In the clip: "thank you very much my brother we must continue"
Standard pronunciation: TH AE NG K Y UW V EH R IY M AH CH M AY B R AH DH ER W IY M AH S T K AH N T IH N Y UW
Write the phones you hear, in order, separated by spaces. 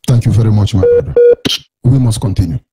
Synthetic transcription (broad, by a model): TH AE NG K Y UW V EH R IY M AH CH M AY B AH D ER W IY M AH S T K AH N T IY N Y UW